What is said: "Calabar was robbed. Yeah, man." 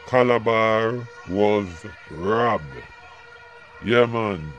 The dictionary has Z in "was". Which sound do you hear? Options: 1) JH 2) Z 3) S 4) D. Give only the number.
2